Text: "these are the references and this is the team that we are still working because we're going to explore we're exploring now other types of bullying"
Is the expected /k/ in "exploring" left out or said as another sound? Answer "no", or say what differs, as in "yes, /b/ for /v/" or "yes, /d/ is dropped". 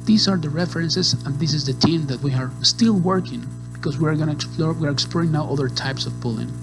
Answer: no